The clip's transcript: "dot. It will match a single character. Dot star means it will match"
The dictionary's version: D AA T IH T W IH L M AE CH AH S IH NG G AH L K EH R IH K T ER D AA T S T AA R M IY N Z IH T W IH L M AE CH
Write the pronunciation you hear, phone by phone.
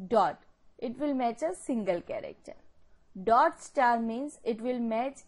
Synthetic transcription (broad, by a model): D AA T IH T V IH L M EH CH AH S IH NG G AH L K EH R IH K T ER D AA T S T AA R M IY N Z IH T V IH L M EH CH